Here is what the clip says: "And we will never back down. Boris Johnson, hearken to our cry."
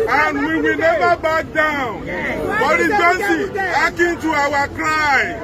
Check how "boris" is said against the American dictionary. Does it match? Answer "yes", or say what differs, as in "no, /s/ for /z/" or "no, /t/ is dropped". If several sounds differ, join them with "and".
no, /s/ is dropped